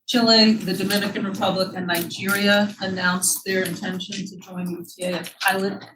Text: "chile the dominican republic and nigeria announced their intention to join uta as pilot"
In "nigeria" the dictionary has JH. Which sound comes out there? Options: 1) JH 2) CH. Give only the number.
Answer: 1